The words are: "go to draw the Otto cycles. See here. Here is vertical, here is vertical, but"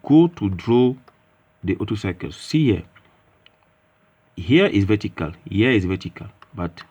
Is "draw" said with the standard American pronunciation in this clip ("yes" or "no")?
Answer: yes